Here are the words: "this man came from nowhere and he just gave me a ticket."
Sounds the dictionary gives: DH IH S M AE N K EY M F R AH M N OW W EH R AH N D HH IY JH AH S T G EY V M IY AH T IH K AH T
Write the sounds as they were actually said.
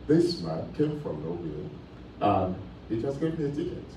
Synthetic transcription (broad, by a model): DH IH S M AE N K EY M F R AH M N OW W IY L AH N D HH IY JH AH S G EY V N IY AH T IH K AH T